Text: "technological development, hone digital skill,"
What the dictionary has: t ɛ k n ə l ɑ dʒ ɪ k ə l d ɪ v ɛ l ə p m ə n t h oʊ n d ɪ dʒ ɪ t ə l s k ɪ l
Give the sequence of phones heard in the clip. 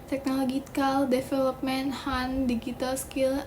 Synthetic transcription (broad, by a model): t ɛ k n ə l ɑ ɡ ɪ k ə l d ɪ f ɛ l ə p m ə n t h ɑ n d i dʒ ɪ t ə l s k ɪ l